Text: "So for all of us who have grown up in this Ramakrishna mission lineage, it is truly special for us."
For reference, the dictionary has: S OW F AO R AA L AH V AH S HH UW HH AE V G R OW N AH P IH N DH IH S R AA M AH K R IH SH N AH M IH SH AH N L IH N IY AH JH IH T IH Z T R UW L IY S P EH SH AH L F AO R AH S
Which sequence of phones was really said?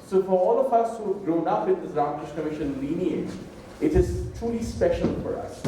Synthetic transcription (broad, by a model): S OW F AO R AA L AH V AH S HH UW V G R OW N AH P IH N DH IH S R AA M AH K R IH SH N AH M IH SH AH N L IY N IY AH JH IH T IH Z T R UW L IY S P EH SH AH L F AO R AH S